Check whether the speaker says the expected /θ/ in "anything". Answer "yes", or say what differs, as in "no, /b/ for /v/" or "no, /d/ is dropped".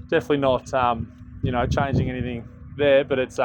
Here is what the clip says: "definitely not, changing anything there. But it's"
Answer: yes